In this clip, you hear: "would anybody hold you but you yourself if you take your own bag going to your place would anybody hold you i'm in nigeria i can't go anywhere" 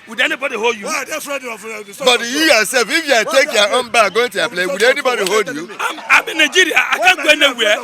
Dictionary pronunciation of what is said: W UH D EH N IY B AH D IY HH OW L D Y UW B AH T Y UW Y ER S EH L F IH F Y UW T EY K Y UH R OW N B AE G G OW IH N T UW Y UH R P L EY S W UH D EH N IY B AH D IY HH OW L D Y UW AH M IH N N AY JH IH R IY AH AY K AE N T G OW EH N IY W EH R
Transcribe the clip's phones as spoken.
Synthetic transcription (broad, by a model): W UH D EH N IY B AH D IY HH OW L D Y UW B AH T Y UW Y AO S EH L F IH F Y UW T EY K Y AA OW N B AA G G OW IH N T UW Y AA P L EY W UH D EH N IY B AH D IY HH OW L D Y UW AH M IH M N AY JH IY R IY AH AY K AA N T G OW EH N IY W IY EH